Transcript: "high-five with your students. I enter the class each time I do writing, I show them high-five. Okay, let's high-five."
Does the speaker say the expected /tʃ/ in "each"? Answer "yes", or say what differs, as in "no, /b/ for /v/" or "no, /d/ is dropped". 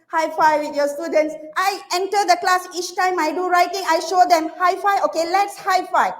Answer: yes